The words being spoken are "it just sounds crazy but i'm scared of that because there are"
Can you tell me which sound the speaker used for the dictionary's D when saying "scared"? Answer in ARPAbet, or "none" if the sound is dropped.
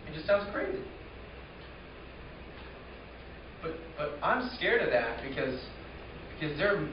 D